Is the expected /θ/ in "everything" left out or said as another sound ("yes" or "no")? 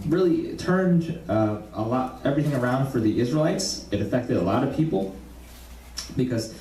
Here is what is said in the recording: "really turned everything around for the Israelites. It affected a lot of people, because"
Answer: no